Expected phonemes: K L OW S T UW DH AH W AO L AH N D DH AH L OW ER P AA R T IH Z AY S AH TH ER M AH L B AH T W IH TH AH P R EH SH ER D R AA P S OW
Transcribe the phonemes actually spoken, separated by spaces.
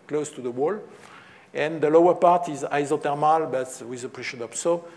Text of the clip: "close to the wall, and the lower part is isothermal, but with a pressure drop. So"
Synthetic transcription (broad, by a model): K L OW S T UW DH AH W AO L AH N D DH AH L OW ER P AA R T IH Z AY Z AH T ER M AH L B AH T W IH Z AH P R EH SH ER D AA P S OW